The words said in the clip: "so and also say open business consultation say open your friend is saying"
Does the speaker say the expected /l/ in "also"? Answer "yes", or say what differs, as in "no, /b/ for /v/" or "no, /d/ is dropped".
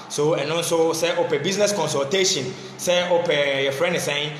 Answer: no, /n/ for /l/